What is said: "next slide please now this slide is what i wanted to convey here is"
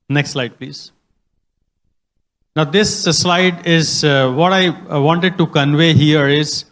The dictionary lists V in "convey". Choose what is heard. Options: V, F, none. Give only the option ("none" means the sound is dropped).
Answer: V